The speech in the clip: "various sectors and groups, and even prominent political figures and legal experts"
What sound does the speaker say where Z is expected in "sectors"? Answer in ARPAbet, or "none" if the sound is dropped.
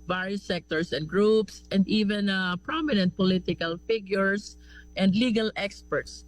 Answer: S